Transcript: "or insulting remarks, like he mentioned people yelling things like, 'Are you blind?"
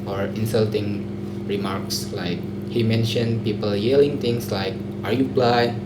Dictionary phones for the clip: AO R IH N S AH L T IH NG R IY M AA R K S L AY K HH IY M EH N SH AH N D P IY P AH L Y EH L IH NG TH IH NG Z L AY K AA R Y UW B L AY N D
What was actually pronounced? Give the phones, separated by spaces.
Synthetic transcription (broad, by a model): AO R IH N S AH L T IH NG R IY M AA R K S L AY K HH IY M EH N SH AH N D P IY P AH L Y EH L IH NG T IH NG S L AY K AA R Y UW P L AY